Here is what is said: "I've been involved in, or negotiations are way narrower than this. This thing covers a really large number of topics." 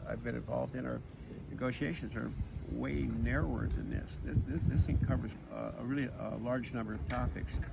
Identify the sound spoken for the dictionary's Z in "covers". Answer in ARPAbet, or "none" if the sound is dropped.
Z